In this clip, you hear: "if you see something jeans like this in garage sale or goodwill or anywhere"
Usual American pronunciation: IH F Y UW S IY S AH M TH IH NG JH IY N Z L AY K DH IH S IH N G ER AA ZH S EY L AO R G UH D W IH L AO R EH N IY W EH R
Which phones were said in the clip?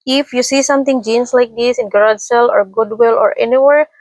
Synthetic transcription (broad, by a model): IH F Y UW S IY S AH M T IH NG JH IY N S L AY K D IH S IH N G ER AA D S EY L AO R G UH D W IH L AO R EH N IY W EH R